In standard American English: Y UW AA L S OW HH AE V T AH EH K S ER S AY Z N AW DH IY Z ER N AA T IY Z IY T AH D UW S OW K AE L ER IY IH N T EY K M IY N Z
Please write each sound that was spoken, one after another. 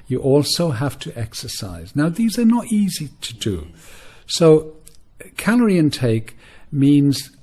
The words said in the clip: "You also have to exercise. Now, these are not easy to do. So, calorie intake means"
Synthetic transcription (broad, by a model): Y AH AA L S OW HH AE F T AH EH K S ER S AY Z N AW DH IY Z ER N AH T IY Z IY T AH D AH S OW K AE L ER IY IH N T EY K M IY N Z